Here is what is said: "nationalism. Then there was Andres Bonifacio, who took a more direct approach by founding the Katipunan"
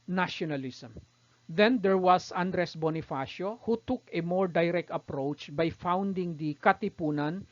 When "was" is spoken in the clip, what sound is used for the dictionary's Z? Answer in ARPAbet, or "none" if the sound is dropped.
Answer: S